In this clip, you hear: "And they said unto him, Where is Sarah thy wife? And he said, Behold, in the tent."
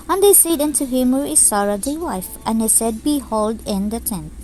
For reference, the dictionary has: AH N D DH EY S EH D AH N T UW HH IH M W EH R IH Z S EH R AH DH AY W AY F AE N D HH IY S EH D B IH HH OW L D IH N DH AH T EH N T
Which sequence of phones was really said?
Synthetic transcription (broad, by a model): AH N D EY S EH D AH N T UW HH IH M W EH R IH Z S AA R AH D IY W AY F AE N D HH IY S EH D B IH HH OW L D IH N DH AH T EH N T